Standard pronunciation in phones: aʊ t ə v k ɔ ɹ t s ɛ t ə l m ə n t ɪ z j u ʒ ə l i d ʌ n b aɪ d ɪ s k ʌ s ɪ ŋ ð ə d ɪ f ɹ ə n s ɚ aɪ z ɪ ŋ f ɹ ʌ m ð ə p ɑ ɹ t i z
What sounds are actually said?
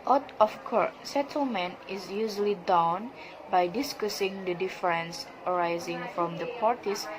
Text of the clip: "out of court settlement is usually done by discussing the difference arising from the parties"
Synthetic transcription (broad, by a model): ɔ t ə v k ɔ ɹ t s ɛ t ə l m ə n t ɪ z j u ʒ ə l i d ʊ n b aɪ d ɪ s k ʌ s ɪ ŋ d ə d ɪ f ɹ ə n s ɚ aɪ z ɪ ŋ f ɹ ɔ m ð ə p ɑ ɹ t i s